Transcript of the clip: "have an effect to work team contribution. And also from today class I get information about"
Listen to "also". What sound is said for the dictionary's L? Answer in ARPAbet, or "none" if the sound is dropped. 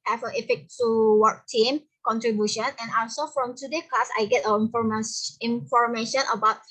none